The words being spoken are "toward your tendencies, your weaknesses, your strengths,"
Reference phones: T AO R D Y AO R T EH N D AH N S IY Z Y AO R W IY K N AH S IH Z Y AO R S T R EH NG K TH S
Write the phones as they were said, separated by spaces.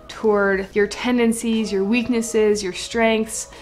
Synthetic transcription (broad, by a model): T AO R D Y AO R T EH N D AH N S IY Z Y AO R W IY K N AH S IH Z Y AO R S T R EH NG K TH S